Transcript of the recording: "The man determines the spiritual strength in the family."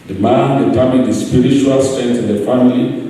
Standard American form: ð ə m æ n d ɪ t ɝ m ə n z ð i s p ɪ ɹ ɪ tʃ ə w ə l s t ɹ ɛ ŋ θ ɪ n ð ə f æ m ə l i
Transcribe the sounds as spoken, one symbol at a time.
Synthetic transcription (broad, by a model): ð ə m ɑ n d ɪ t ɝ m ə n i s p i ɹ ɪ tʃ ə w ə l s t ɛ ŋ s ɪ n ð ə f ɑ m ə l i